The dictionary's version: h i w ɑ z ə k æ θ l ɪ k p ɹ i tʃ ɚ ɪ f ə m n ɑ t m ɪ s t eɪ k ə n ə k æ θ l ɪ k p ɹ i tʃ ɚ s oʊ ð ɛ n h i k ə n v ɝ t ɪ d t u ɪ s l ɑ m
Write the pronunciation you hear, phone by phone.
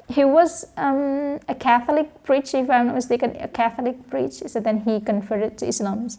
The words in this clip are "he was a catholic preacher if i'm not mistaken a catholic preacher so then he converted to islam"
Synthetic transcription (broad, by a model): h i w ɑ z ə k æ θ l ɪ k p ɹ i tʃ ɪ f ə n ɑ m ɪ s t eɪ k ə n ə k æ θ l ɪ k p ɹ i tʃ s oʊ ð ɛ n h i k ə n f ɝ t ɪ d t u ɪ s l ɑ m